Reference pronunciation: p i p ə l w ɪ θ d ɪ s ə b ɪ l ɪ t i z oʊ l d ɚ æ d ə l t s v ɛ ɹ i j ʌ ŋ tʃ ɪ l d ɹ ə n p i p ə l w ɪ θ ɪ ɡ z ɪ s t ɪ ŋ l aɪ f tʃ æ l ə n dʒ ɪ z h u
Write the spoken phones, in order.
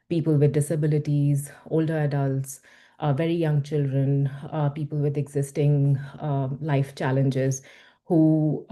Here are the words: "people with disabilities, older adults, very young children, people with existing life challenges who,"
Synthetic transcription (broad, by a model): p i p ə l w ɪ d d ɪ s ə b ɪ l ɪ t i z oʊ l d ɚ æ d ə l t s v ɛ ɹ i j ʌ ŋ tʃ ɪ l d ɹ ə n p i p ə l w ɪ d ɪ ɡ z ɪ s t ɪ ŋ l aɪ f tʃ æ l ə n dʒ ɪ z h u